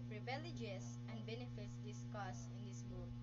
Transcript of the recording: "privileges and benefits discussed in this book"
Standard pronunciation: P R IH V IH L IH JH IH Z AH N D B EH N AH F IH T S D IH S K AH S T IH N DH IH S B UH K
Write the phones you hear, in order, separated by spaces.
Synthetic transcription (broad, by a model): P R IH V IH L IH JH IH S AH N B EH N AH F IH T S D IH S K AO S IH N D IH S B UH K